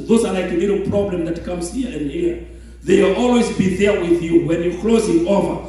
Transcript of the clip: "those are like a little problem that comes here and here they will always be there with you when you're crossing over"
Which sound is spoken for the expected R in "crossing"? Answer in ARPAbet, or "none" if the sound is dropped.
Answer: L